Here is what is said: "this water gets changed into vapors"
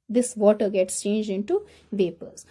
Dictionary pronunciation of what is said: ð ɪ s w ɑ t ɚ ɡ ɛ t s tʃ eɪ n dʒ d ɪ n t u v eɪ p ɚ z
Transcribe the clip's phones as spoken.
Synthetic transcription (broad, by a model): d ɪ s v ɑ t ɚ ɡ ɛ t s tʃ eɪ n dʒ d ɪ n t u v eɪ p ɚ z